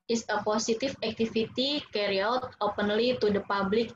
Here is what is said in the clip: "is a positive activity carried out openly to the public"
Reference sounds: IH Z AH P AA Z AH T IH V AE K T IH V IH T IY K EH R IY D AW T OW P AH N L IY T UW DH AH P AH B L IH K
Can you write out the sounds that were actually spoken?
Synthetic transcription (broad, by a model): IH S AH P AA S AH T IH F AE K T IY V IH T IY K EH R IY AW T OW P AH N L IY T UW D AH P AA B L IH K